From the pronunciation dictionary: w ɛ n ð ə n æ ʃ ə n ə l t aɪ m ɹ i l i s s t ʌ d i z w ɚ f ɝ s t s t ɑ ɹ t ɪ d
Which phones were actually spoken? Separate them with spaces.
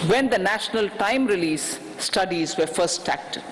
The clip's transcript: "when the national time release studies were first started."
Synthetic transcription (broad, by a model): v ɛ n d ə n æ ʃ ə n ə l t aɪ m ɹ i l i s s t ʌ d i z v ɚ f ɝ t s t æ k t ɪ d